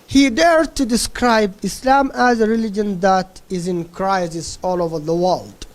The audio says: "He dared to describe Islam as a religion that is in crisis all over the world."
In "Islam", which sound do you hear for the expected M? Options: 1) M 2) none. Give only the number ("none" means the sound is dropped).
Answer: 1